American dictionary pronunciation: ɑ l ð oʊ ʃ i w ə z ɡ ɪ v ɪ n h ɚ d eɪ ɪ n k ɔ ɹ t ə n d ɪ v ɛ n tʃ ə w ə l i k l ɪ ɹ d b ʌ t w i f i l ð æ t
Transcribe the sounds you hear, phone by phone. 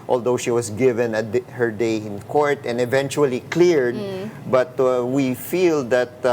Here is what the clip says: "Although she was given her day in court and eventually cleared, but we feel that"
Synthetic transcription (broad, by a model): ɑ l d oʊ ʃ i w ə s ɡ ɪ v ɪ n h ɚ d eɪ ɪ n k ɔ ɹ t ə n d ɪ v ɛ n tʃ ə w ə l i k l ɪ ɹ d b ʌ t w i f i l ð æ t